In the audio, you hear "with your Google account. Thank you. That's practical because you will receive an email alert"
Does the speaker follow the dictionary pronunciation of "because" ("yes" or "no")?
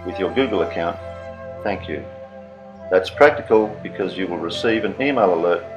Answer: yes